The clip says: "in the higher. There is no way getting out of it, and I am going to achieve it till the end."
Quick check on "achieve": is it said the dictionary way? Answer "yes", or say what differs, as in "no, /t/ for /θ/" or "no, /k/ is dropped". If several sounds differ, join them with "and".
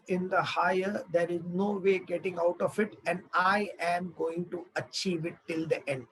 yes